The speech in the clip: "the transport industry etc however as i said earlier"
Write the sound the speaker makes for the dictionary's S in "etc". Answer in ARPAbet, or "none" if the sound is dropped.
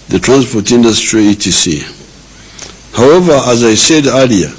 none